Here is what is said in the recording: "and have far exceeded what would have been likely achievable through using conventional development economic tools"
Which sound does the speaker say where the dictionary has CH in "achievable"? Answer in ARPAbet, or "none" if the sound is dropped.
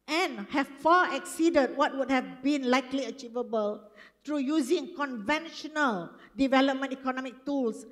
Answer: CH